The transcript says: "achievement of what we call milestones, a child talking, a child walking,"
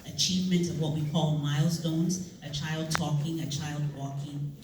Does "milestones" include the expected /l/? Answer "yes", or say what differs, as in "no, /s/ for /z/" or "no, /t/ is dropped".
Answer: yes